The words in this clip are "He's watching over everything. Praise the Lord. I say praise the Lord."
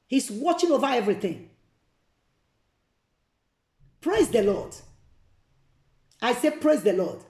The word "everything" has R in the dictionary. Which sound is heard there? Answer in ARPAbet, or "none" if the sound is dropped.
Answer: R